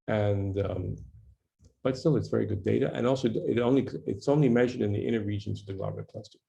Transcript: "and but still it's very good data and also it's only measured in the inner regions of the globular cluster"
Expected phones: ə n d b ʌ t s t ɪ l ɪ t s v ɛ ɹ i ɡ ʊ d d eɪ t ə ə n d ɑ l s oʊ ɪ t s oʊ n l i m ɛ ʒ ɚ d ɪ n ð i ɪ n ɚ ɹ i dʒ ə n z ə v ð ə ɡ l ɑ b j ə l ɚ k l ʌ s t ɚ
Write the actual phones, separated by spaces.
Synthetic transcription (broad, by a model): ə n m b ʌ t s t ɪ l ɪ t s v ɛ ɹ i ɡ ʊ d d eɪ t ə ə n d ɑ l s oʊ ɪ t s oʊ n l i m ɛ ʒ ɚ d ɪ n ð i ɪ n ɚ ɹ i dʒ ə n z ə v ð ə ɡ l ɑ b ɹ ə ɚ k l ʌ s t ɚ